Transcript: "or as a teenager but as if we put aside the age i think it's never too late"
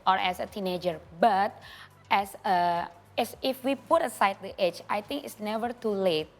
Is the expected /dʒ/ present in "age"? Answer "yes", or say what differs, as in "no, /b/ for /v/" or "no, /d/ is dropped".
no, /tʃ/ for /dʒ/